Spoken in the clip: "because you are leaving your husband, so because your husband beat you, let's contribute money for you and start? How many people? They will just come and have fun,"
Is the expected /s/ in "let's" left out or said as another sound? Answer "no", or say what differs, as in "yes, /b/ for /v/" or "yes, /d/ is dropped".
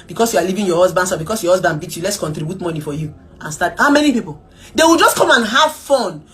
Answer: no